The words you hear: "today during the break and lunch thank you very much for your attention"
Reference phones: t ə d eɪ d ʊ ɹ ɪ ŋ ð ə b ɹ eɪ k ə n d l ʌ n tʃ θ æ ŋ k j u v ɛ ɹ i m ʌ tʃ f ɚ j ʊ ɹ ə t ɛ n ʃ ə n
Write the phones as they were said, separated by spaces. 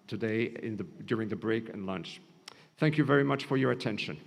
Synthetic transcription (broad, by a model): t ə d eɪ d ʊ ɹ ɪ ŋ ð ə b ɹ eɪ k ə n l ʌ n tʃ θ æ ŋ k j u v ɛ ɹ i m ʌ tʃ f ɚ j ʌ ɹ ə t ɛ n ʃ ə n